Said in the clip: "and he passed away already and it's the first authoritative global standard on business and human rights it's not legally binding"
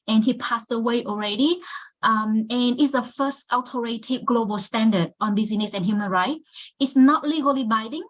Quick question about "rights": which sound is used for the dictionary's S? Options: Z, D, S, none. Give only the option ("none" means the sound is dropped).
none